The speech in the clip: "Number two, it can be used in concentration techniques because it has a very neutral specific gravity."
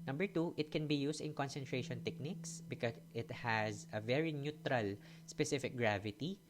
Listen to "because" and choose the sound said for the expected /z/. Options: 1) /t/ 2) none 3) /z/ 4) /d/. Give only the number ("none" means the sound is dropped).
2